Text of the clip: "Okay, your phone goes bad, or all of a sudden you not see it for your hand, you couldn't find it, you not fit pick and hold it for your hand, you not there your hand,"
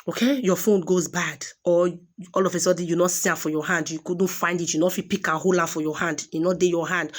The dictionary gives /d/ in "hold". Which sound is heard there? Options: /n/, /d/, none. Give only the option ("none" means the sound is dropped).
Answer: none